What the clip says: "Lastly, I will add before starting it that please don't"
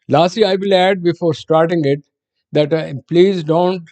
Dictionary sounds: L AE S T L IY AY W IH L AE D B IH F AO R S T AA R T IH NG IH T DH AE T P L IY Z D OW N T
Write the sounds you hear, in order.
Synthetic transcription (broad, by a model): L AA S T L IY AY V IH L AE D B IH F AO R S T AA R T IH NG IH T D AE T P L IY Z D OW N T